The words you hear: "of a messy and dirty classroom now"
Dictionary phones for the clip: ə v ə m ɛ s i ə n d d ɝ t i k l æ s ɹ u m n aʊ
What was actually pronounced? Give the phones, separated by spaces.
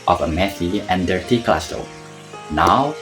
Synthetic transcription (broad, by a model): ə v ə m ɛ θ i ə n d d ɝ t i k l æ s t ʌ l n aʊ